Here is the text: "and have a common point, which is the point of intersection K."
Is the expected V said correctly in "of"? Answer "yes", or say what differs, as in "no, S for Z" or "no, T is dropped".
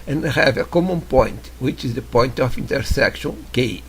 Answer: no, F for V